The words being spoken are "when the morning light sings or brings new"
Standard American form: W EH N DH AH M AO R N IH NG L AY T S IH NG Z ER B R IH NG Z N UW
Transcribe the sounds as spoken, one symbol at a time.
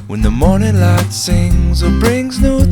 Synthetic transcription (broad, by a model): W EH N DH AH M AO R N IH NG L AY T S IH NG Z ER B R IH NG Z N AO